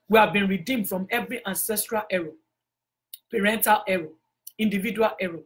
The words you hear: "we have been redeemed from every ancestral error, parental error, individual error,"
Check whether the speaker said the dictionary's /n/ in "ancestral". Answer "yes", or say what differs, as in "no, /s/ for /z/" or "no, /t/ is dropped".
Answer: yes